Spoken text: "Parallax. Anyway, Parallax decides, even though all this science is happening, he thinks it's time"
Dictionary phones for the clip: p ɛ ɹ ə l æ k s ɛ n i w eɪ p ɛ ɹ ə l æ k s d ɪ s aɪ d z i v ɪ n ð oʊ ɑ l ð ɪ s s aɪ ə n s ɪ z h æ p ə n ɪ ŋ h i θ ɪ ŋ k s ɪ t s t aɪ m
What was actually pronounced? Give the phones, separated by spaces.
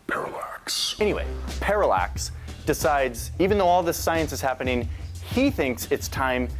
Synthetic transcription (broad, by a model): p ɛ ɹ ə l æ k s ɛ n i w eɪ p ɛ ɹ ə l æ k s d ɪ s aɪ d z i v ɪ n ð oʊ ɑ l ð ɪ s s aɪ ə n s ɪ z h æ p ə n ɪ ŋ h i θ ɪ ŋ k s ɪ t s t aɪ m